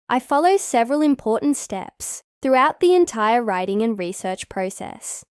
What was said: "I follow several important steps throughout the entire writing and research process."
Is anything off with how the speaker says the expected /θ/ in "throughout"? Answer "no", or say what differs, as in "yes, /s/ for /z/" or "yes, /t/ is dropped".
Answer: no